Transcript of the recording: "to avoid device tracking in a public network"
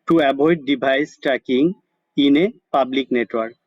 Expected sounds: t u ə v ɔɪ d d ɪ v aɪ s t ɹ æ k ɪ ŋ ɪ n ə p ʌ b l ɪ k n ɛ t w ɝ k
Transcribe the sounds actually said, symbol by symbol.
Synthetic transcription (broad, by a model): t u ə b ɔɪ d d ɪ b aɪ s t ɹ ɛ k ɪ ŋ ɪ n ə p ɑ b l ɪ k n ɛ t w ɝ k